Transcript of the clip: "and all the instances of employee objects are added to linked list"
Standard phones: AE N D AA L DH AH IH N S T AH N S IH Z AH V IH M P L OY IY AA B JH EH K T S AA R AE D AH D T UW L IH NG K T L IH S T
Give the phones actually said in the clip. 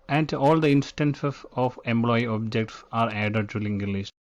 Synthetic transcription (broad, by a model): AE N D AA L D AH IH N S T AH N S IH S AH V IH M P L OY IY AA B JH EH K T S AA R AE D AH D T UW L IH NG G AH L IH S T